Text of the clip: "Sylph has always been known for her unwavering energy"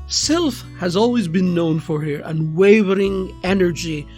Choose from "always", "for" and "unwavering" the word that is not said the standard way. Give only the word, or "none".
none